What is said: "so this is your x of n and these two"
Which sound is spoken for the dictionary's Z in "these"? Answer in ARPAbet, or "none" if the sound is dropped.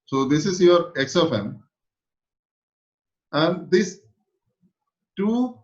S